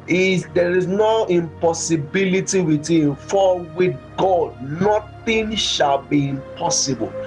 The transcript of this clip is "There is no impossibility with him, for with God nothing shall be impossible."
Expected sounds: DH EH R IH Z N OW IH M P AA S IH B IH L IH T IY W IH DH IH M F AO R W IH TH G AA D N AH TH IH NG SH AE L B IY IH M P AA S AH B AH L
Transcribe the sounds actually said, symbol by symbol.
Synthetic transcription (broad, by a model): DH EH R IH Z N OW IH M P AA S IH B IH L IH T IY W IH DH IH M F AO L W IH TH G AA D N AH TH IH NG SH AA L B IY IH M P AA S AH B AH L